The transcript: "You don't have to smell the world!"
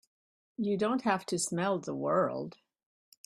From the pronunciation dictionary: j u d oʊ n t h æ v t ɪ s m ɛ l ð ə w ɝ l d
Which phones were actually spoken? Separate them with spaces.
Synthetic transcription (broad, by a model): j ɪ d oʊ n t h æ f t ɪ s m ɛ l ð ə w ɝ l d